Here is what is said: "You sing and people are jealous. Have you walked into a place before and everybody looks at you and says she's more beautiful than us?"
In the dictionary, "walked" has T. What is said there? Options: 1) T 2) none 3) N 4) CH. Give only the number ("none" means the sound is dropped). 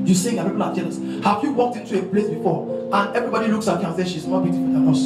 1